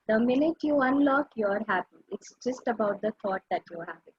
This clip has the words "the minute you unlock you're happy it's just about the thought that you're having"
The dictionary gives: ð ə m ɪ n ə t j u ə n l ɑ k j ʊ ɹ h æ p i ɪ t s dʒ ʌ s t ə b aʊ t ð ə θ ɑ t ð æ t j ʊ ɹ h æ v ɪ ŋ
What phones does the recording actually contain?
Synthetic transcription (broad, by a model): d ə m ɪ n ə t j u ə n l ɑ k j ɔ ɹ h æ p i ɪ t s dʒ ʌ s t ə b aʊ t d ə t ɑ t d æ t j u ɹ h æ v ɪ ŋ